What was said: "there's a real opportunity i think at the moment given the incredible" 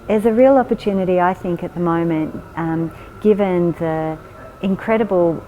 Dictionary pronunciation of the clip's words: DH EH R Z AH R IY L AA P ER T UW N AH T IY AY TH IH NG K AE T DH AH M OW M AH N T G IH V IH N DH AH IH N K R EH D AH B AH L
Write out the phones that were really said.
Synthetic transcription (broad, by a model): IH Z AH R IY L AA P ER T UW N AH T IY AY TH IH NG K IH T DH AH M OW M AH N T G IH V IH N DH AH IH N K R EH D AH B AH L